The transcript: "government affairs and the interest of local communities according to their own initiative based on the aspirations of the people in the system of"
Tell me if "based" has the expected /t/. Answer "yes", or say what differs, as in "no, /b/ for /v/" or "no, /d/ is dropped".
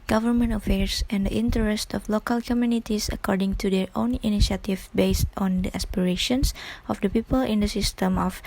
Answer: yes